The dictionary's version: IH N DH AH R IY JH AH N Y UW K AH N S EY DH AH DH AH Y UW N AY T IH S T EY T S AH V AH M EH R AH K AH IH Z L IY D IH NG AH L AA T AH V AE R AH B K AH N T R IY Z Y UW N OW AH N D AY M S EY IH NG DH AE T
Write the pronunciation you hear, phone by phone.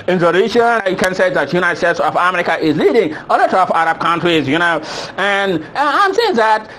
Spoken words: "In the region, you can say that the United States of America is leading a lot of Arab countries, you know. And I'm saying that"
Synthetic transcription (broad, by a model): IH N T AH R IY SH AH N Y UW K AH N S EY DH AH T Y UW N AY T S T EY T S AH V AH M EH R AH K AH IH Z L IY D IH NG AH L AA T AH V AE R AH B K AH N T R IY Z Y UW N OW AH N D AY M S EY IH NG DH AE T